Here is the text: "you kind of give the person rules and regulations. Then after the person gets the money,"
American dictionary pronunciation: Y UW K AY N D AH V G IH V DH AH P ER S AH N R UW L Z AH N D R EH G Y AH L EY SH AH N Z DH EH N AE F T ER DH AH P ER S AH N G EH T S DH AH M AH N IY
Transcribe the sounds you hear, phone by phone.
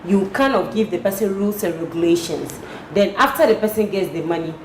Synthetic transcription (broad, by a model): Y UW K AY N AH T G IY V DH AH P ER S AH N R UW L S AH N R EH G Y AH L EY SH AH N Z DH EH N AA F T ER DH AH P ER S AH N G EH T S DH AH M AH N IY